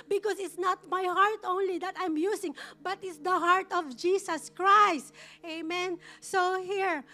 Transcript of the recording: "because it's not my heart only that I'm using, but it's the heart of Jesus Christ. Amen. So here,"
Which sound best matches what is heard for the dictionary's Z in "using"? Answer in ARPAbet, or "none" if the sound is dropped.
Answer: S